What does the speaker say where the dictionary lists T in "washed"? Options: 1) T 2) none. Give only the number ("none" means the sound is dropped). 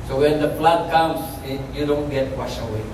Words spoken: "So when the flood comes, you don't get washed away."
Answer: 2